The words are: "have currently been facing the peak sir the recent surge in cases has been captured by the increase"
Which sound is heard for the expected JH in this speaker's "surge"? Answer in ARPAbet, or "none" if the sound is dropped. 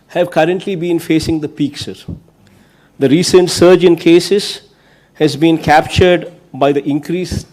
JH